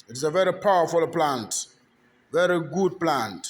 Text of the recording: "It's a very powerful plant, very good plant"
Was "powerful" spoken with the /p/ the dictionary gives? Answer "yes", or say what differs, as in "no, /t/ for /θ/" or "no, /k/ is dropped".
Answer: yes